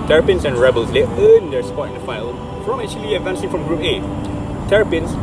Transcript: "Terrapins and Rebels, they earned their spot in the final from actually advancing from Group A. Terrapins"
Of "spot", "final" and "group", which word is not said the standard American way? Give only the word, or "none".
final